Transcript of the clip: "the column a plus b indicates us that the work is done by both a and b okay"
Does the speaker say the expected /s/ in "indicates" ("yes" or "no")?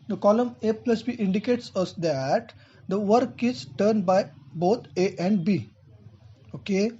yes